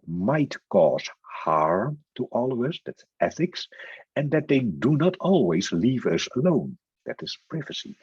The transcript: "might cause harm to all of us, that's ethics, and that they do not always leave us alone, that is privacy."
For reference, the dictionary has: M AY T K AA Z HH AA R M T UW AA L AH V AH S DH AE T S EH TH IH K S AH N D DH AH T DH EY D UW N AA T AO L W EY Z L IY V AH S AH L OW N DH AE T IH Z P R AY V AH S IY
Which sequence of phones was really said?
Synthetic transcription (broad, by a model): M AY T K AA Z HH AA R T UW AA L AH V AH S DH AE T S EH TH IH K S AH N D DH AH T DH EY D UW N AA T AO L W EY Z L IY V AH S AH L OW N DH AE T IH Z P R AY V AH S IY